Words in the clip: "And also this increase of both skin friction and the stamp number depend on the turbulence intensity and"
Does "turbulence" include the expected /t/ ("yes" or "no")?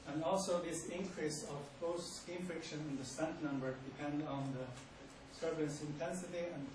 no